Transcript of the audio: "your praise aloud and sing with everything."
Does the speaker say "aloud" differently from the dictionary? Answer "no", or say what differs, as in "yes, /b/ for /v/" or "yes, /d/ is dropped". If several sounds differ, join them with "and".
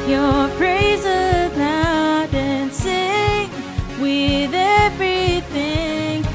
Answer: yes, /n/ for /l/